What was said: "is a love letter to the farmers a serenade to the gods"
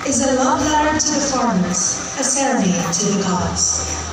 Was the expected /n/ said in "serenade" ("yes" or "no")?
no